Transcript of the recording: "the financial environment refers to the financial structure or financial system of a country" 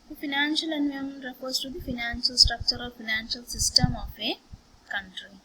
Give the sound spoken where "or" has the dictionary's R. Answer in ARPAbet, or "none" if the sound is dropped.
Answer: L